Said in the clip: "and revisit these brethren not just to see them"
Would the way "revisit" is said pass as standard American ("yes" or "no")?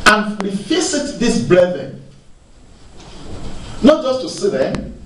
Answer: no